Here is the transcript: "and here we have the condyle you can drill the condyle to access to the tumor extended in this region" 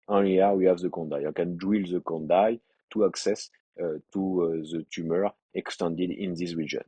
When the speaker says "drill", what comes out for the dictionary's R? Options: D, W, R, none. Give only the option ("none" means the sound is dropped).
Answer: W